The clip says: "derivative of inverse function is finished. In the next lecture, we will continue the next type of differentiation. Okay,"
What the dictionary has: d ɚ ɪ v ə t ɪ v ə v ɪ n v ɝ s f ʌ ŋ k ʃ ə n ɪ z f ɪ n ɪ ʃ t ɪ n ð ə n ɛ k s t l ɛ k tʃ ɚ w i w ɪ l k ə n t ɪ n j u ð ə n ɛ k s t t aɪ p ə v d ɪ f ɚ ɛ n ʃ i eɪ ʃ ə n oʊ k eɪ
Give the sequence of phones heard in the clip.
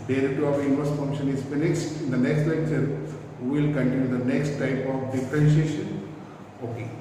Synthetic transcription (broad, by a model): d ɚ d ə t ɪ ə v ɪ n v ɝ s f ʌ ŋ k ʃ ə n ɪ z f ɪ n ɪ s t ɪ n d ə n ɛ k s t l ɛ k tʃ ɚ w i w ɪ l k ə n t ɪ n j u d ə n ɛ k s t t aɪ p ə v d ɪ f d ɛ n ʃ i eɪ ʃ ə n oʊ k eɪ